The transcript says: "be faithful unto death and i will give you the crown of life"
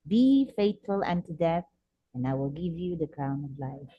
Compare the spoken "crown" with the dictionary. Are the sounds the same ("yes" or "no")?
no